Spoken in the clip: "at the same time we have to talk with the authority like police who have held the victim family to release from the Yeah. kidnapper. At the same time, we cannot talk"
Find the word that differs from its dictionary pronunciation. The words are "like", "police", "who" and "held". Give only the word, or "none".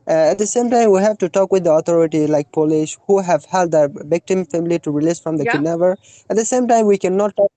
police